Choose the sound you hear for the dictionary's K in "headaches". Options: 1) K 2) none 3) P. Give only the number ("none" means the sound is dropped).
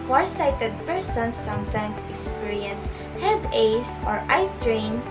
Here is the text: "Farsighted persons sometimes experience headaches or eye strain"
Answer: 2